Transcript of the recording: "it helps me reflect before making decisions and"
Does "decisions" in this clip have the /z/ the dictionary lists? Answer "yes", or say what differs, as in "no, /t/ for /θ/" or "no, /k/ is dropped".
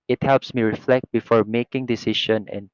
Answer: no, /z/ is dropped